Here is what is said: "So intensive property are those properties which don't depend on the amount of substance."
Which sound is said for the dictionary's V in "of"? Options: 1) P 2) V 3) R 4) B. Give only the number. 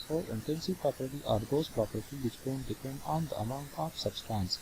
1